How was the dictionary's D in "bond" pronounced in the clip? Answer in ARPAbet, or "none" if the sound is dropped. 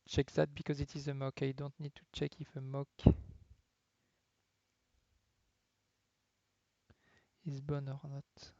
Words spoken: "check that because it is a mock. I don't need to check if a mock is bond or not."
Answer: none